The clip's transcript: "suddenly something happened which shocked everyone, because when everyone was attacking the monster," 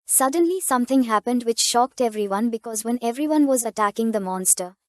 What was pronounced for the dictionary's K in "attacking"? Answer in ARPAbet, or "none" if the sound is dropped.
K